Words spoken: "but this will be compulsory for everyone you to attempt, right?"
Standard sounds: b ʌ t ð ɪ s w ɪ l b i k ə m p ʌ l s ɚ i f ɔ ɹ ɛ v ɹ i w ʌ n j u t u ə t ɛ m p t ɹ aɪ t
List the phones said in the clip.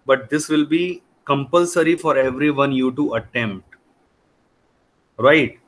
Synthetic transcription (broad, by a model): b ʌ t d ɪ s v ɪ l b i k ə m p ʌ l s ɚ i f ɔ ɹ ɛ v ɹ i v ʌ n j u t u ə t ɛ m p t ɹ aɪ t